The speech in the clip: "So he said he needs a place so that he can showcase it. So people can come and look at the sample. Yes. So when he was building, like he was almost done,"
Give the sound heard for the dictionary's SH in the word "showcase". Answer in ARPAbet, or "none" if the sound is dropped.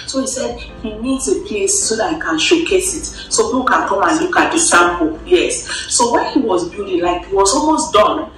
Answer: SH